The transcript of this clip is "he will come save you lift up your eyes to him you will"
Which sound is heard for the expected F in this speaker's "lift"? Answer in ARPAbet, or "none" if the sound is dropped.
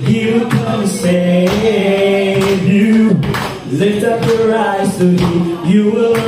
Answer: none